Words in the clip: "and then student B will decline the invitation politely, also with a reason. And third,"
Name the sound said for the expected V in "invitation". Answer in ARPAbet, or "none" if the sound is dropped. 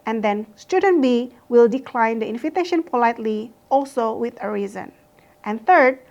F